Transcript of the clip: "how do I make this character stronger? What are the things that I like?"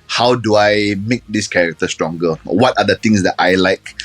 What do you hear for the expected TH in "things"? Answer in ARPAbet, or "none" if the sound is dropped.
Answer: T